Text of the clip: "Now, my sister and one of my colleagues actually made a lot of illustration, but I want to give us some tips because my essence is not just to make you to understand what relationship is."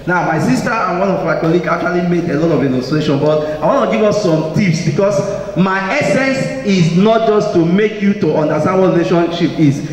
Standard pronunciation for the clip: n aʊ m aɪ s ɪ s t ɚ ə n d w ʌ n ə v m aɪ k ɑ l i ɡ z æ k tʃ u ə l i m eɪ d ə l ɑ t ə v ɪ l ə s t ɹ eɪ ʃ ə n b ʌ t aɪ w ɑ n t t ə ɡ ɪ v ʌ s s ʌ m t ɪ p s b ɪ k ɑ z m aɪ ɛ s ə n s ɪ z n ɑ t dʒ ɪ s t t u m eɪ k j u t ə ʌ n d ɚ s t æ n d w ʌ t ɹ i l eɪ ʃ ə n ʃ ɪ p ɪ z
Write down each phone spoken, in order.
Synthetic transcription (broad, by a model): n aʊ m aɪ s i s t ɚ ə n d w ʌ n ə v m aɪ k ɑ l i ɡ ɑ k tʃ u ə l i m eɪ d ə l ɑ t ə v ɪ n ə s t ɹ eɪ ʃ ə n b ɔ t aɪ w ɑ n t t ə ɡ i v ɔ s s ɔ m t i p s b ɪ k ɑ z m aɪ ɛ s ə n s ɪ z n ɑ t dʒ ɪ s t t u m eɪ k j u t ə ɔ n d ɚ s t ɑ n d w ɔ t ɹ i l eɪ ʃ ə n ʃ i p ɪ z